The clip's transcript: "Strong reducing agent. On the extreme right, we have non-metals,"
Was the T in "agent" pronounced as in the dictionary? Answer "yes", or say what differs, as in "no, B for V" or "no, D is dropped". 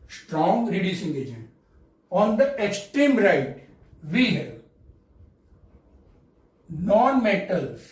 no, T is dropped